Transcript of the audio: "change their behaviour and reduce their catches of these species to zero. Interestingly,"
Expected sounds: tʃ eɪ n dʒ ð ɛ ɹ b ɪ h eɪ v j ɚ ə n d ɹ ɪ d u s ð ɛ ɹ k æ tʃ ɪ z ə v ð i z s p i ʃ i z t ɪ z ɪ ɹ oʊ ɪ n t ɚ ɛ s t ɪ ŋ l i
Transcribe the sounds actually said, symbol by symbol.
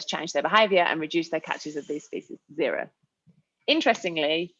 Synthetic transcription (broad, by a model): tʃ eɪ n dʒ ð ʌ b ɪ h eɪ v j ɚ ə n ɹ ɪ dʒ u s ð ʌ k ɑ tʃ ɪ z ə v ð i z s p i s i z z ɪ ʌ ɹ oʊ ɪ n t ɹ ɛ s t ɪ ŋ l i